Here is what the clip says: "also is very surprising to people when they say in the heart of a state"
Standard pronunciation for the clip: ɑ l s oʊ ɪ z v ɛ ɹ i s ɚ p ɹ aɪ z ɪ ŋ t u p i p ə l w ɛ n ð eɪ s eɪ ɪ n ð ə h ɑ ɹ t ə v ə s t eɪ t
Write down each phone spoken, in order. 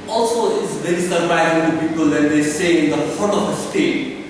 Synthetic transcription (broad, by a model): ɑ l s oʊ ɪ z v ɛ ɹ i s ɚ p aɪ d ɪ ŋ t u p i p ə l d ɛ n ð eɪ s eɪ ɪ n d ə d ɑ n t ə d ə s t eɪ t